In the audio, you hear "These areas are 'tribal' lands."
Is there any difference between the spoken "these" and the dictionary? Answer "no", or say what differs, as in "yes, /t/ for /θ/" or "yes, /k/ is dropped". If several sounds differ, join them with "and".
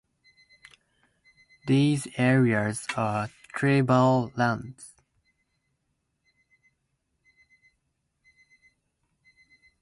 no